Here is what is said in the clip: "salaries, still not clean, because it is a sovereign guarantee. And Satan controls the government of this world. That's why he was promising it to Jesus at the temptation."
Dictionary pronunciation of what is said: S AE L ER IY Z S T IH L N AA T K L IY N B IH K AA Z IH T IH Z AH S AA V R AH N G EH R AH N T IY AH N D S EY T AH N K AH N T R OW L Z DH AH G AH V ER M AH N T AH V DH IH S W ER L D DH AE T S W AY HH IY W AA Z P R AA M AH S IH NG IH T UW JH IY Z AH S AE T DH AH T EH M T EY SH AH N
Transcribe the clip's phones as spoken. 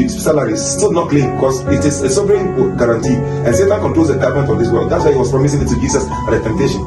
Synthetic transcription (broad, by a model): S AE L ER IY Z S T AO N AA T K L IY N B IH K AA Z IH T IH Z AH S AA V R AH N G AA R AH N T IY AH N S EY T AH N K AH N T R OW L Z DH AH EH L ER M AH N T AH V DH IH S W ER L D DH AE T S W AY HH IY W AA S P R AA M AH S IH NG IH T UW JH IY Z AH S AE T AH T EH M T EY SH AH N